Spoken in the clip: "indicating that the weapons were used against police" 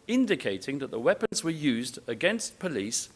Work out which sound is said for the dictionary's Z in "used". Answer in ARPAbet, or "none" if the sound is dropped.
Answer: Z